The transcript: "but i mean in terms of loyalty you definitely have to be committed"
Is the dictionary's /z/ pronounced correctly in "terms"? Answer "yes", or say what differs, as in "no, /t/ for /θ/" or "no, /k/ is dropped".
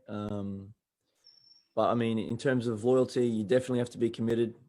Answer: yes